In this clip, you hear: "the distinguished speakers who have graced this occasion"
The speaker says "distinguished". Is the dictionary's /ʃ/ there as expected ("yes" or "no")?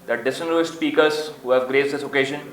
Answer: no